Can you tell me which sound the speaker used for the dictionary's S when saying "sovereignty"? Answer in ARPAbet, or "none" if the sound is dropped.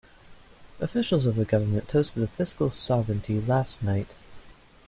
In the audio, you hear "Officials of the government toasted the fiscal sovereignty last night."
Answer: S